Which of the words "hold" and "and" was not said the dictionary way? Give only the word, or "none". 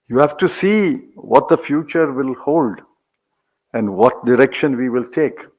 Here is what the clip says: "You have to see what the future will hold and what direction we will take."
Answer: none